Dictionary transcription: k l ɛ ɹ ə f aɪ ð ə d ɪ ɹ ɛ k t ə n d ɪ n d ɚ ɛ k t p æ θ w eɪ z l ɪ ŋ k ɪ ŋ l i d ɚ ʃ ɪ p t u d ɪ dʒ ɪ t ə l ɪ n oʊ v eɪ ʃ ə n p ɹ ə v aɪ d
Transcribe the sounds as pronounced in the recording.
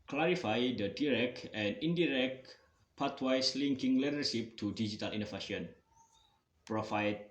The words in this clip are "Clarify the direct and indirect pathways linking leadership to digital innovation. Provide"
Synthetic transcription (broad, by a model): k l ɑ ɹ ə f aɪ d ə d ɪ ɹ ɛ k t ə n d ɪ n d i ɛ k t p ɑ t w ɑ s l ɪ ŋ k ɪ ŋ l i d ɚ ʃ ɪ p t u d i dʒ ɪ t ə l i n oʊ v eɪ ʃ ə n p ɹ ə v aɪ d